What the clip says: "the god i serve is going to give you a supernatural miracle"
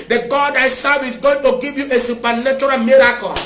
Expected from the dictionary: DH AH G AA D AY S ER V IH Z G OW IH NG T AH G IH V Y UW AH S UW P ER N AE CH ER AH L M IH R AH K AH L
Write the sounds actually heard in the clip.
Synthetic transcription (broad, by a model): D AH G AA D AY S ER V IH S G OW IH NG T AH G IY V Y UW AH S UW P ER N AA CH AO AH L M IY R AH K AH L